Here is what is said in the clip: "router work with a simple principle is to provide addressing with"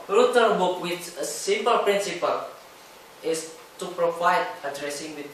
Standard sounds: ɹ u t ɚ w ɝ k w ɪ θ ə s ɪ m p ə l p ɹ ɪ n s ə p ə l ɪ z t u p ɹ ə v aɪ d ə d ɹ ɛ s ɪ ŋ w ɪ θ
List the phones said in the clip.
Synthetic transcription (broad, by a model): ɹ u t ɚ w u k w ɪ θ ə s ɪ m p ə l p ɹ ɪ n s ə p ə l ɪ s t u p ɹ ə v aɪ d ə d ɹ ɛ s ɪ ŋ w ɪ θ